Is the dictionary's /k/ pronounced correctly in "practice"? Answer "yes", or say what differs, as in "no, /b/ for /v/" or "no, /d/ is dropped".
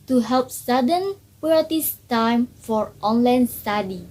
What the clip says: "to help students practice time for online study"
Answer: no, /k/ is dropped